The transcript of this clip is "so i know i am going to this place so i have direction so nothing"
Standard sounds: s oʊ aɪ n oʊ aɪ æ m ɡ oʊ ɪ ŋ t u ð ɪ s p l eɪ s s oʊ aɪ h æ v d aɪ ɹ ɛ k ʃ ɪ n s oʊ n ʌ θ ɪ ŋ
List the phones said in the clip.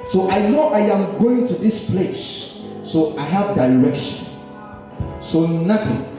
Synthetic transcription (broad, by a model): s oʊ aɪ n oʊ aɪ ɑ m ɡ oʊ ɪ ŋ t u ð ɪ s p l eɪ s s oʊ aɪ h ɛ p d aɪ ɹ ɛ k ʃ ɪ n s oʊ n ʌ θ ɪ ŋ